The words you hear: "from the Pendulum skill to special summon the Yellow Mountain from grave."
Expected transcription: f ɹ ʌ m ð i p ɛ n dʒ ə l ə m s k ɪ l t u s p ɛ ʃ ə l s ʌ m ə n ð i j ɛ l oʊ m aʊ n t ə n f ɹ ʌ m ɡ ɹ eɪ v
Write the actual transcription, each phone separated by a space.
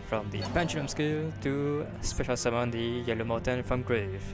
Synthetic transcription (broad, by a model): f ɹ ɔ m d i p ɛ n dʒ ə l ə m s k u l t u s p ɛ ʃ ə l s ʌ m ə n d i j ɛ l oʊ m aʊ t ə n f ɹ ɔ m ɡ ɹ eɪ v